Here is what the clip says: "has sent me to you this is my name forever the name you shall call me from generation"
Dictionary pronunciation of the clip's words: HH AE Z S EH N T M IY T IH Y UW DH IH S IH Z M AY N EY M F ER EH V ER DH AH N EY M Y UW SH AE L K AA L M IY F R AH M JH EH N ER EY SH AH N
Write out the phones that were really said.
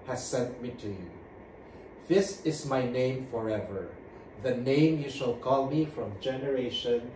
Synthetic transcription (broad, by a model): HH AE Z S EH N T M IY T IH Y UW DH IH S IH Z M AY N EY M F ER EH V ER DH AH N EY M Y UW SH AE L K AA L M IY F R AH M JH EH N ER EY SH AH N